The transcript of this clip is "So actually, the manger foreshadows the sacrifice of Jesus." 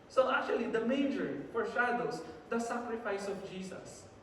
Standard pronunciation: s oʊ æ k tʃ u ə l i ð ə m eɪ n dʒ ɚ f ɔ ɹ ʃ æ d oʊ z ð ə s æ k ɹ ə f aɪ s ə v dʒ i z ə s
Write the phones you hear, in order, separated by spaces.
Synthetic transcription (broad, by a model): s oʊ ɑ k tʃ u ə l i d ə m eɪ dʒ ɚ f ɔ ɹ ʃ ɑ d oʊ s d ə s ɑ k ɹ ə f aɪ s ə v dʒ i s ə s